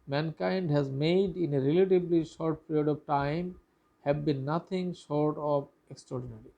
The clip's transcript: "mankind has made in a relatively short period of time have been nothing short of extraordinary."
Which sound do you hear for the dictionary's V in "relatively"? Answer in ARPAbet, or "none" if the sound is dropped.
B